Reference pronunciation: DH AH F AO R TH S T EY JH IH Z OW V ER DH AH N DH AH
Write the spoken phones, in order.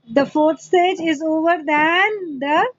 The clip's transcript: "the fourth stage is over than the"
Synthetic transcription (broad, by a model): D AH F AO R T S T EY JH IH Z OW V ER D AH N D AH